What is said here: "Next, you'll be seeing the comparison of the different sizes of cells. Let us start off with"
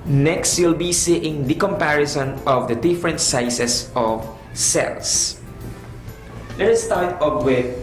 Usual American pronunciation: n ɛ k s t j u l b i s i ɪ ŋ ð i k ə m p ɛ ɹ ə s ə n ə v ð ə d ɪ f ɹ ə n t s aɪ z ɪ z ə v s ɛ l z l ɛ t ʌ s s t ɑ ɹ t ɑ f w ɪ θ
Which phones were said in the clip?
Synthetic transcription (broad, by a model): n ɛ k s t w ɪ l b i s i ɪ ŋ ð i k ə m p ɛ ɹ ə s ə n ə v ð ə d ɪ f ɹ ə n t s aɪ s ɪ s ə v s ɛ l s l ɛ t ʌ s s t ɑ ɹ t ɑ p w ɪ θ